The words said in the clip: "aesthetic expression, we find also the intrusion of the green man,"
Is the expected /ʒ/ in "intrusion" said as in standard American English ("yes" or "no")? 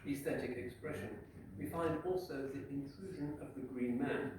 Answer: yes